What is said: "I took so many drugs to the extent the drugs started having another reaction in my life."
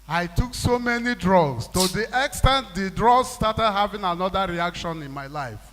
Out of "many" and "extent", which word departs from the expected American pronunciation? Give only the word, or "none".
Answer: none